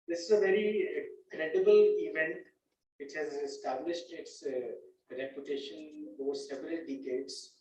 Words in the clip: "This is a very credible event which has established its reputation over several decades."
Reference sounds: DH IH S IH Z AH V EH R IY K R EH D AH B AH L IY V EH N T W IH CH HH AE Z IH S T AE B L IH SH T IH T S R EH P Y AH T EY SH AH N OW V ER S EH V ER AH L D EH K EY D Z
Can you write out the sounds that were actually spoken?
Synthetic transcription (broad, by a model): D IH S IH Z AH V EH R IY K R EH D AH B AH L IY V EH N T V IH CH HH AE Z IH S T AE B L IH SH T IH T S R EH P Y AH T EY SH AH N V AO S EH V ER AH L D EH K EY D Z